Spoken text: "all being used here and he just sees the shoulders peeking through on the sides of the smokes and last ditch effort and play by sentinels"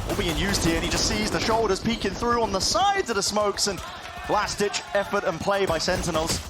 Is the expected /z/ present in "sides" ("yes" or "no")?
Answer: yes